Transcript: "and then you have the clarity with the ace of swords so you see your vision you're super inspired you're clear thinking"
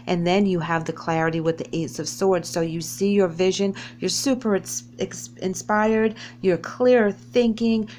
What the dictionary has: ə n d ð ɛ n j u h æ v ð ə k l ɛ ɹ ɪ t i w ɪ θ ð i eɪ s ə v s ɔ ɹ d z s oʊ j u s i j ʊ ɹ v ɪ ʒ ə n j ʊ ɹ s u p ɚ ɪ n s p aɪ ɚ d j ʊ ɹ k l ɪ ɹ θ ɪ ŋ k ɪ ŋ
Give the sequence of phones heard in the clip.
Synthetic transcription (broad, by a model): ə n ð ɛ n j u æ v ð ə k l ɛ ɹ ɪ t i w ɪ ð i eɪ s ə v s ɔ ɹ d z s oʊ j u s i j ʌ ɹ v ɪ ʒ ə n j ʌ ɹ s u p ɚ ɪ n s p aɪ ɚ d j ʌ ɹ k l ɪ ɹ θ ɪ ŋ k ɪ ŋ